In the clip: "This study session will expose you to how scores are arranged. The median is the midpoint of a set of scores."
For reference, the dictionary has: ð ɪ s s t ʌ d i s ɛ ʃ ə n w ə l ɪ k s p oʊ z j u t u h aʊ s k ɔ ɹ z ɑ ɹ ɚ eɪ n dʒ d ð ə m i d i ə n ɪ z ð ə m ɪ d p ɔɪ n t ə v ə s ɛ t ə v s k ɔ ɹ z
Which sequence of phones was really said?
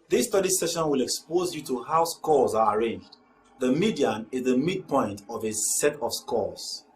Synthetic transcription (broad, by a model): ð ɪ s s t ʌ d i s ɛ ʃ ə n w ə l ɪ k s p oʊ z j u t u h aʊ s k ɔ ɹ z ɑ ɹ eɪ n dʒ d ð ə m i d i ə n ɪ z ð ə m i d p ɔɪ n t ə v ə s ɛ t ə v s k ɔ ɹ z